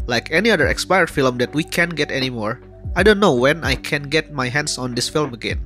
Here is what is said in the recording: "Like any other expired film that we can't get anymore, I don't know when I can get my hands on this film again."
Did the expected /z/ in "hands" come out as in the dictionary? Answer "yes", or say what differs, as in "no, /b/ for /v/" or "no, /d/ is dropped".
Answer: no, /s/ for /z/